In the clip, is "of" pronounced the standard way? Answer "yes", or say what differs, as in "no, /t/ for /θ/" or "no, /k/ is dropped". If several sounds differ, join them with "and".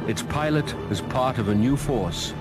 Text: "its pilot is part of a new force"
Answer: yes